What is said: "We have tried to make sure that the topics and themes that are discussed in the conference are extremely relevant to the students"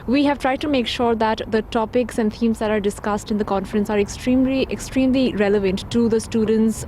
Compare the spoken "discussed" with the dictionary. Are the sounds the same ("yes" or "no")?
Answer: yes